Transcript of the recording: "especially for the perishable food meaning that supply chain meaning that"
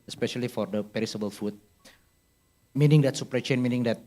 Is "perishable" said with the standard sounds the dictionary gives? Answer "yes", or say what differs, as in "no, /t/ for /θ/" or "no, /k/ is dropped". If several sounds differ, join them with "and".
no, /s/ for /ʃ/